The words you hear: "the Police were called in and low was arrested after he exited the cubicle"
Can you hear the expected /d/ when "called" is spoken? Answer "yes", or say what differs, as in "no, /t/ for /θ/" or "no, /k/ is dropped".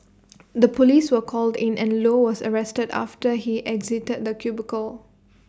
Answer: yes